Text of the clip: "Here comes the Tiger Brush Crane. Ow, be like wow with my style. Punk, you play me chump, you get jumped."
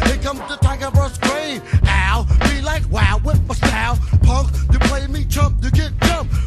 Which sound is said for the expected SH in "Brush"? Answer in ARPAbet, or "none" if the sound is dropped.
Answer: S